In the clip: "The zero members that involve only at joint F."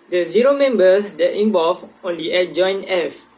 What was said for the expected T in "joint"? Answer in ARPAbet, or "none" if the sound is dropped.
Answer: none